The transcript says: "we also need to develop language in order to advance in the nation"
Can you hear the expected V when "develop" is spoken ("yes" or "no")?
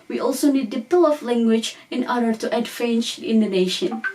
no